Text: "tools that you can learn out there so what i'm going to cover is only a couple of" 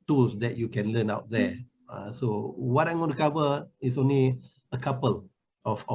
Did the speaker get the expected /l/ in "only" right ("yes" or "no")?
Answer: yes